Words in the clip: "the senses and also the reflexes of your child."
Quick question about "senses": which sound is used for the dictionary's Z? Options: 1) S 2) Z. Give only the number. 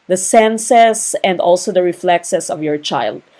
1